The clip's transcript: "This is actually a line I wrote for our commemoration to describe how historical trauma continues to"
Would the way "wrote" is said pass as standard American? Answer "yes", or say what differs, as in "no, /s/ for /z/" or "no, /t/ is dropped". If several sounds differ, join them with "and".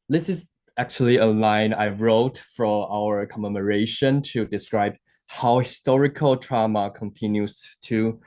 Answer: yes